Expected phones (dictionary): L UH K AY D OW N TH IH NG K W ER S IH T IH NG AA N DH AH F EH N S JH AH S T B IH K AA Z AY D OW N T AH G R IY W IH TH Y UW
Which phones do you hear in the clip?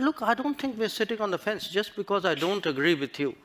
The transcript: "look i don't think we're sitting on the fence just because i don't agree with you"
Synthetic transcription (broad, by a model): L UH K AY D OW N T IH NG K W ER S IH T IH NG AA N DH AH F EH N S JH AH S T B IH K AA Z AY D OW N T AH G R IY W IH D Y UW